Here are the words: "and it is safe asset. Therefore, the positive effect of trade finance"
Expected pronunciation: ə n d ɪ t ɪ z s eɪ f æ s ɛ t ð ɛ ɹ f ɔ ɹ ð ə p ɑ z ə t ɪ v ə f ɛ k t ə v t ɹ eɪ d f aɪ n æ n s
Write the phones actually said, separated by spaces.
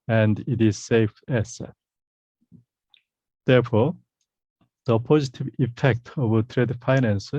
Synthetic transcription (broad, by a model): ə n d ɪ t ɪ z s eɪ f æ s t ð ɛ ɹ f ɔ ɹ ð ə p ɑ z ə t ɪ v ə f ɛ k t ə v t ɹ eɪ d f aɪ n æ n s